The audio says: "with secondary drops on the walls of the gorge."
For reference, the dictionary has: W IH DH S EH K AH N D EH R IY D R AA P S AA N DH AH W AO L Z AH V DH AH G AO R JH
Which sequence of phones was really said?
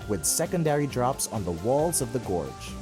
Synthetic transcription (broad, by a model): W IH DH S EH K AH N D EH R IY D R AA P S N DH AH W AO L Z AH V DH AH G AO R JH